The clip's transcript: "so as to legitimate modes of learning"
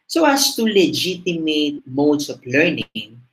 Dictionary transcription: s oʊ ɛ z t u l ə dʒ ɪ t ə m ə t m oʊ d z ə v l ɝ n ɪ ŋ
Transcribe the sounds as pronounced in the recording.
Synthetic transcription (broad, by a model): s oʊ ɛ s t u l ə dʒ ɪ t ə m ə t m oʊ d s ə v l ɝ n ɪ ŋ